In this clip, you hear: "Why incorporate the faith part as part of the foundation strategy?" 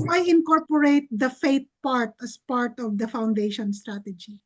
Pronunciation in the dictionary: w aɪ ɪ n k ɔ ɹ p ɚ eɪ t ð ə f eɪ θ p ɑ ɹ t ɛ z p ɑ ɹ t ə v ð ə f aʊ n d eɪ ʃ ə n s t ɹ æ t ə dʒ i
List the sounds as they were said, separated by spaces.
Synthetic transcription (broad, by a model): aɪ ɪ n k ɔ ɹ p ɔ eɪ t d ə f eɪ t p ɑ ɹ t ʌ s p ɑ ɹ t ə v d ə f aʊ n d eɪ ʃ ə n s t ɹ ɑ t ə dʒ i